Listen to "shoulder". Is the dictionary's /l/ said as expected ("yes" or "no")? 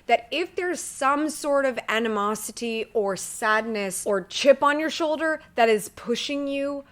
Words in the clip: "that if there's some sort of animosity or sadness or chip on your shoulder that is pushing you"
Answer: yes